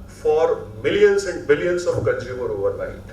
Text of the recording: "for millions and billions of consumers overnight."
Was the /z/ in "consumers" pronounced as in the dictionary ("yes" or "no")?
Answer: no